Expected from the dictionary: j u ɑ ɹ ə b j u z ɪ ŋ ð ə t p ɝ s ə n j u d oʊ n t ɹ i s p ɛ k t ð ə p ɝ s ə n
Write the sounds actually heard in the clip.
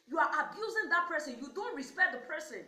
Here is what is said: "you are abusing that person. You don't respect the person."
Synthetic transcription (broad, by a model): j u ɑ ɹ ə b j u z ɪ ŋ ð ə t p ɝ s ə n j u d oʊ n t ɹ i s p ɛ k t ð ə p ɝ s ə n